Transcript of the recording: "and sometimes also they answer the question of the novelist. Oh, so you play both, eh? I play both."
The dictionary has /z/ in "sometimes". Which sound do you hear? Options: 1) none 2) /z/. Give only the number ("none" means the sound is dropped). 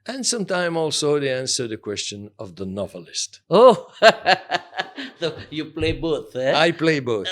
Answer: 1